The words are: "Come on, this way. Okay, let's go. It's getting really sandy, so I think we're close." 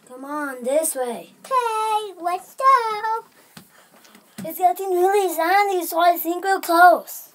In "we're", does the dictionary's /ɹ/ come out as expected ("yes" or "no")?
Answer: no